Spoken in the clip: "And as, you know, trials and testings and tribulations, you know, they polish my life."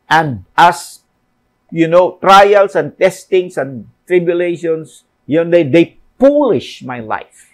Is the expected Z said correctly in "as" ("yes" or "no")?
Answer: no